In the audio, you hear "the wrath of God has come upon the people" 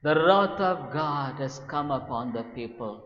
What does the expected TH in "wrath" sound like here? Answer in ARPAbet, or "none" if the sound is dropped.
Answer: T